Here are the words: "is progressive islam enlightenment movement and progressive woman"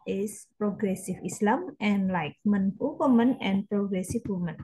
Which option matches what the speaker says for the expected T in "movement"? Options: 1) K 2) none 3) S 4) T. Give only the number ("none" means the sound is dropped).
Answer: 2